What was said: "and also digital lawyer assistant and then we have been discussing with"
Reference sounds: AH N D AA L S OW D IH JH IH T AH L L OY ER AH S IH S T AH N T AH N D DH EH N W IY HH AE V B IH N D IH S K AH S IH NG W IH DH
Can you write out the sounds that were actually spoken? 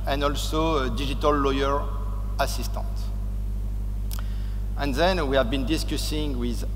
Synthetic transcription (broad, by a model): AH N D AA L S OW D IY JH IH T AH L L OY ER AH S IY S T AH N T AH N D DH EH N W IY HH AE V B IH N D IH S K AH S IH NG W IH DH